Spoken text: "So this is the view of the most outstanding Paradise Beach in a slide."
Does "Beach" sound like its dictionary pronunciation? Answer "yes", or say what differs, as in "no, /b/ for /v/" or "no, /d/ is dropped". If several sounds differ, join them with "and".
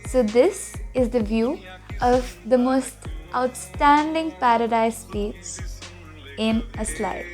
no, /s/ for /tʃ/